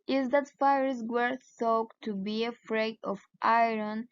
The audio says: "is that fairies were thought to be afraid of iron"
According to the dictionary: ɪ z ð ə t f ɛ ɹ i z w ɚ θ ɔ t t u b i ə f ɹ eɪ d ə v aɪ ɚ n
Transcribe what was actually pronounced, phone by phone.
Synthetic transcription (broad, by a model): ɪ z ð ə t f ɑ ɹ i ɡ w ɚ s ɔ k t u b i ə f ɹ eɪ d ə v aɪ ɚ n